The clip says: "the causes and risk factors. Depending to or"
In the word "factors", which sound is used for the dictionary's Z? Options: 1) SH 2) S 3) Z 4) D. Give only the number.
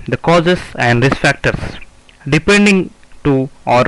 2